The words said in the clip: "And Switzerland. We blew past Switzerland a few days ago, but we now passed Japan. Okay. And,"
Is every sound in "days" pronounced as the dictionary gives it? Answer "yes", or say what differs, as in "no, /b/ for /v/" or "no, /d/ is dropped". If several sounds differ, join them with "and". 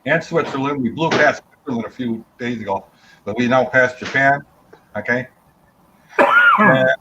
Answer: yes